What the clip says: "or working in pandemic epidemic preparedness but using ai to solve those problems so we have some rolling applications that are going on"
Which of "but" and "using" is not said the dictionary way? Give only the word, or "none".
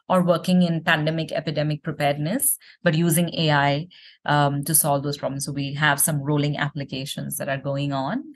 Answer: none